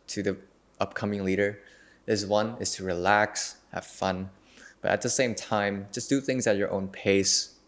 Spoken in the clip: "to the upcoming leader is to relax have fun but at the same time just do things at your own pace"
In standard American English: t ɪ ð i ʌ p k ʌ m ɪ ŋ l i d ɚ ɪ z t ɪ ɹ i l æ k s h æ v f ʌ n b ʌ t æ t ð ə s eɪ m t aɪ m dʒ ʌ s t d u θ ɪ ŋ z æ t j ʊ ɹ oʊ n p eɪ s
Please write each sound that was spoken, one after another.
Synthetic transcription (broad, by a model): t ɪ ð i ʌ p k ʌ m ɪ ŋ l i d ɚ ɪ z t ɪ ɹ i l æ k s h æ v f ʌ n b ʌ t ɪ t ð ə s eɪ m t aɪ m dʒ ʌ s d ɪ θ ɪ ŋ z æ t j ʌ ɹ oʊ n p eɪ s